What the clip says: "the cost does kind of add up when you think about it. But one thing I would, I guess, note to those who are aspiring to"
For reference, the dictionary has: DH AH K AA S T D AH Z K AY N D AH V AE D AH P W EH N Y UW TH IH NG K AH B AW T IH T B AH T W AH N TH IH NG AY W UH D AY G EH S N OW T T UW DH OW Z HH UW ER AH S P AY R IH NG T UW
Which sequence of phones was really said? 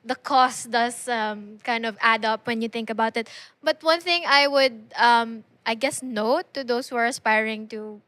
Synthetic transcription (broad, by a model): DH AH K AA S T D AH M K AY N D AH V AE D AH P W EH N Y UW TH IH NG K AH B AW T IH T B AH T W AH N TH IH NG AY W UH D AY G EH S N OW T T UW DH OW S HH UW ER AH S P AY R IH NG T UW